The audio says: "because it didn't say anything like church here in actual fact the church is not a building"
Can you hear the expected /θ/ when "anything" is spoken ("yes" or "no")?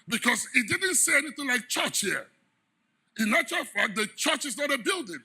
yes